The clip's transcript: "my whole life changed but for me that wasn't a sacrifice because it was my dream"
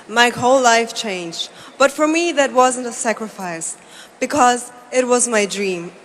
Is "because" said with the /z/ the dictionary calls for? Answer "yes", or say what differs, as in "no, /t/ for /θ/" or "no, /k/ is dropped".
yes